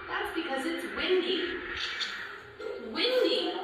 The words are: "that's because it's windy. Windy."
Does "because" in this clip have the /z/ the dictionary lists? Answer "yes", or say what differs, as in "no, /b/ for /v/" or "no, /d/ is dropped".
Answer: yes